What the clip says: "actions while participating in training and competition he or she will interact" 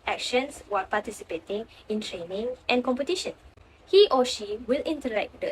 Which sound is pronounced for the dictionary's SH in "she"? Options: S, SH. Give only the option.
SH